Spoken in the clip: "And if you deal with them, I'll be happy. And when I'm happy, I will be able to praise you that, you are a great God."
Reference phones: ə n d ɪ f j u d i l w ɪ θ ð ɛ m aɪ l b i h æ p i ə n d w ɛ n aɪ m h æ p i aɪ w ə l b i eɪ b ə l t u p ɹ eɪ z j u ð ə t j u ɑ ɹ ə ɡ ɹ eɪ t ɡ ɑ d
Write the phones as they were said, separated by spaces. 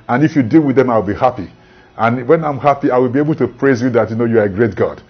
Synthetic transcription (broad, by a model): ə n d ɪ f j u d i l w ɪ ð ɛ m aɪ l b i h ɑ p i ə n w ɛ n aɪ m h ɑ p i aɪ w ə l b i eɪ b ə l t u p ɹ eɪ z j u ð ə t j u ɑ ɹ ə ɡ ɹ eɪ t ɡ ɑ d